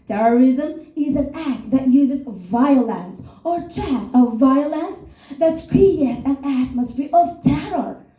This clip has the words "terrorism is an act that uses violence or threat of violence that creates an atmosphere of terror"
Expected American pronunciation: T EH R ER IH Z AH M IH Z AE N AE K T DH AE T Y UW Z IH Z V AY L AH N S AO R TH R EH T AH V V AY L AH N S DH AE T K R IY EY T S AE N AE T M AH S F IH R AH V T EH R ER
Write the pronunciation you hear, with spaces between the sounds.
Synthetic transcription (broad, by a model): T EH R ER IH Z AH M IH Z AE N AE K T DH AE T Y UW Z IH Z V AY L AH N S AO R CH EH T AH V V AY L AH N S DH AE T K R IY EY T AE N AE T M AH S F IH R AH V T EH R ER